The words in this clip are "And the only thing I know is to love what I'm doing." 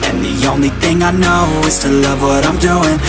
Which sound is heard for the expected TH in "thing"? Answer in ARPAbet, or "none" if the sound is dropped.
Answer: TH